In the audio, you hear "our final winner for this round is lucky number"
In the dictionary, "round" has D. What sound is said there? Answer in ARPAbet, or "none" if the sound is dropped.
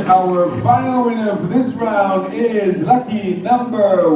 D